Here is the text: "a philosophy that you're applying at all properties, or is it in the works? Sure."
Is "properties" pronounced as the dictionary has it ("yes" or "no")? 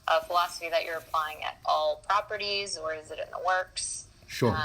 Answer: yes